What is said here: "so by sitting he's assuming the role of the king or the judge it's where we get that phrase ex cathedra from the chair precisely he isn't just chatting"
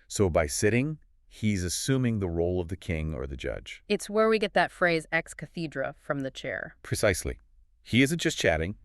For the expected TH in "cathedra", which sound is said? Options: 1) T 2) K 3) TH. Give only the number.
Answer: 3